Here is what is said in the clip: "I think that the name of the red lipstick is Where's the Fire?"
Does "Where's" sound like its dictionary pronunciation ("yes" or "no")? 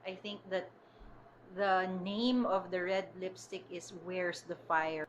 no